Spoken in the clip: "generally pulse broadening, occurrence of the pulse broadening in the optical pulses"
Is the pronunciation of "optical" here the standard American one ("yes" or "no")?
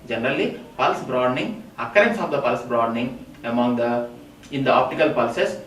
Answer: yes